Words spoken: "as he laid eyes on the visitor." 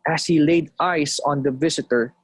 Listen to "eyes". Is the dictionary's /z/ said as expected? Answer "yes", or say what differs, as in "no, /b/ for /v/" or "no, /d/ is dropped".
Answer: no, /s/ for /z/